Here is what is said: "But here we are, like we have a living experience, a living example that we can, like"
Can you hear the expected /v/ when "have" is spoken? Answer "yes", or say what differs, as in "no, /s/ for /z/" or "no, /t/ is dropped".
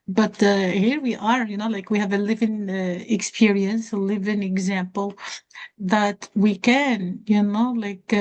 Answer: yes